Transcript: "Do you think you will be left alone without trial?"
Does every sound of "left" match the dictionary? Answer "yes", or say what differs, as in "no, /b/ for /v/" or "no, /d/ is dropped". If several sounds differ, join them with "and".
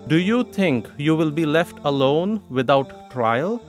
yes